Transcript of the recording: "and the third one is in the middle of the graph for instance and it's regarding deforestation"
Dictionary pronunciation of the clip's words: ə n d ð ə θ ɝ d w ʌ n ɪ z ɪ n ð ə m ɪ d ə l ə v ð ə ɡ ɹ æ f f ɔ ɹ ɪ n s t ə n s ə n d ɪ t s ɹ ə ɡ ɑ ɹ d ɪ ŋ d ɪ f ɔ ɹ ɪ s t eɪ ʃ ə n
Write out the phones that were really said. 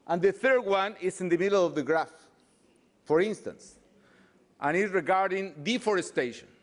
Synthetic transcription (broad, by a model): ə n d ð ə θ ɝ d w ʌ n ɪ s ɪ n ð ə m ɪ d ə l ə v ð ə ɡ ɹ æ f f ɔ ɹ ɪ n s t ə n s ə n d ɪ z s ɹ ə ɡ ɑ ɹ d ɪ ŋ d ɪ f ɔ ɹ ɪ s t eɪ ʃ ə n